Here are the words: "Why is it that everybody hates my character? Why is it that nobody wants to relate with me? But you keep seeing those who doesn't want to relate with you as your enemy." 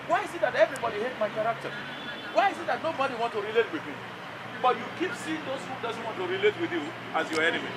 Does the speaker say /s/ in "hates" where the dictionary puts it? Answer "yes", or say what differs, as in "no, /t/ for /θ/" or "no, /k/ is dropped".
no, /s/ is dropped